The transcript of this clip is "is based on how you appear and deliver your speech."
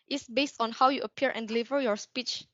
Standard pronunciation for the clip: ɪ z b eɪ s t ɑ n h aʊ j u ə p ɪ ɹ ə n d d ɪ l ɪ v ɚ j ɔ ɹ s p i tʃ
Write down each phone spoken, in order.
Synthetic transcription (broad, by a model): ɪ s b eɪ s t ɑ n h aʊ j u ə p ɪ ɹ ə n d d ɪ l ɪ v ɚ j ɔ ɹ s p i tʃ